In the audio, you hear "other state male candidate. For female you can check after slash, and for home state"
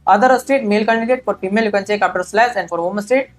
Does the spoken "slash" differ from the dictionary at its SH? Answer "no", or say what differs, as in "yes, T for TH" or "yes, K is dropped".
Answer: yes, S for SH